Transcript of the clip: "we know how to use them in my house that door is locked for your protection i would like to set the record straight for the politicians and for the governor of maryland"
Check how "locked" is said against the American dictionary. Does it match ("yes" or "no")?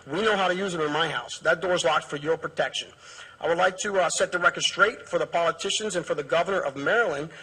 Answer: yes